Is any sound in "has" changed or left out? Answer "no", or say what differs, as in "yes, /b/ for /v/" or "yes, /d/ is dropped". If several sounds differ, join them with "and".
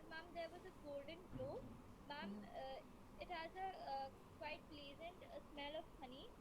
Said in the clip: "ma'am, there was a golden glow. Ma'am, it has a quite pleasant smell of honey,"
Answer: no